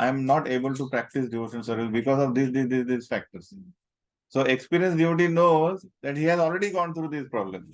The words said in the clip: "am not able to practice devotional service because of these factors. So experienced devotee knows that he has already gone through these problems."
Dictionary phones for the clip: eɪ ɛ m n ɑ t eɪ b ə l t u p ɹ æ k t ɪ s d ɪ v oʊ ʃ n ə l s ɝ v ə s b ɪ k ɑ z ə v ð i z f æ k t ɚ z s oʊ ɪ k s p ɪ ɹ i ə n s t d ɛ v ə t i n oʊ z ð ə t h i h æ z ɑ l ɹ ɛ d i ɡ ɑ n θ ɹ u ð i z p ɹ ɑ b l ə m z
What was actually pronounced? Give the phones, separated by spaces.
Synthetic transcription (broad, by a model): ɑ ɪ m n ɑ t eɪ b ə l t u p ɹ æ k t ɪ s d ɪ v oʊ ʃ ə n s ɝ v ə s b ɪ k ɑ z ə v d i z f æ k t ɚ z s oʊ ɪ k s p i ɹ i ə n s d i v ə t i n oʊ z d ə t h i h æ z ɑ l ɹ ɛ d i ɡ ɑ n t ɹ u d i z p ɹ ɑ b l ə m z